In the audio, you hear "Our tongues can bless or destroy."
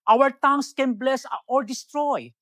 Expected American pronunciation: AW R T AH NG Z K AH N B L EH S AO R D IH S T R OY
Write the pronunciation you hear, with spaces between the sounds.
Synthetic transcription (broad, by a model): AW R T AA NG S K AH N B L EH S AO R D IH S T R OY